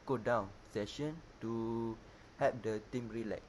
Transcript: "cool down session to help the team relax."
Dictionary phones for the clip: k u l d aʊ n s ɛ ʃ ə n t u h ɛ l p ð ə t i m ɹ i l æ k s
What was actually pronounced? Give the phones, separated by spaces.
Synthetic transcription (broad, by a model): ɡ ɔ d aʊ n s ɛ ʃ ə n t u h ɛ p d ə t i m ɹ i l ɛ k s